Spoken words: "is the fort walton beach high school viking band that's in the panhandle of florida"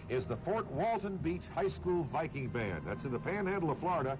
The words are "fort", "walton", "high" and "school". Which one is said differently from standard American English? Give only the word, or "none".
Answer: none